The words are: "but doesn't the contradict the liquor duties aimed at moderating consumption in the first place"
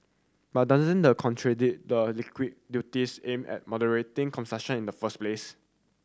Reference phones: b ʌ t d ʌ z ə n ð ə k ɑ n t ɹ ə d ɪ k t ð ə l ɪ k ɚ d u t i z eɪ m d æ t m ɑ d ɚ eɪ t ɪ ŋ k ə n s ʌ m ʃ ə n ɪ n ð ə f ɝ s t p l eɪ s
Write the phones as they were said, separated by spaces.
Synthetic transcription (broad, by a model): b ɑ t d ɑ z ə n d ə k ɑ n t ɹ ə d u t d ə l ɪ k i d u t i s eɪ m ɛ t m ɑ d ɚ eɪ t ɪ ŋ k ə n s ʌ ʃ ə n ɪ n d ə f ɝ s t p l eɪ s